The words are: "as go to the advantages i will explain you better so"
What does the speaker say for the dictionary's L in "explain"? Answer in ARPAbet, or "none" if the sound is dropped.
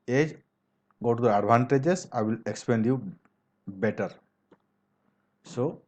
none